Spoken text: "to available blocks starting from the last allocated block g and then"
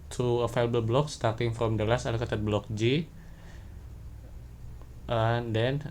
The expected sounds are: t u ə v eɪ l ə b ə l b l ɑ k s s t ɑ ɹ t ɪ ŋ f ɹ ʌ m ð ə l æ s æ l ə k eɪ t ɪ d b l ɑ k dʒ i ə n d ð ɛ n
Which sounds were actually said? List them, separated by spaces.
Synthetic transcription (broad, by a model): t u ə f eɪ l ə b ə l b l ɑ k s s t ɑ ɹ t ɪ ŋ f ɹ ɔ m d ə l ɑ s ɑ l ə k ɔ t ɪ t b l ɑ k dʒ i ə n d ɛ n